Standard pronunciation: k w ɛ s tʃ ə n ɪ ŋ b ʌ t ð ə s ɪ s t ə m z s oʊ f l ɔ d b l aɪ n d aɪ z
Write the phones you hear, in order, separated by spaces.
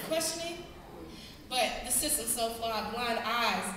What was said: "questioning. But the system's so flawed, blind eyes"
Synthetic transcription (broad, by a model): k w ɛ s tʃ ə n ɪ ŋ b ʌ t ð ə s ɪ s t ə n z s oʊ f ɔ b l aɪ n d aɪ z